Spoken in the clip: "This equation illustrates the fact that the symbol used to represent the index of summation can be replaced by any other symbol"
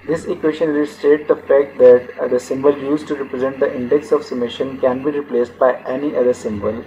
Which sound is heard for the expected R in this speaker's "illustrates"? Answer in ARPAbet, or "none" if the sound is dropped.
none